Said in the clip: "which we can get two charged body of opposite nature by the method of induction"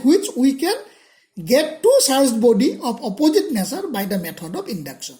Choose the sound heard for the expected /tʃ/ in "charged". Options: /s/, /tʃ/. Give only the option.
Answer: /s/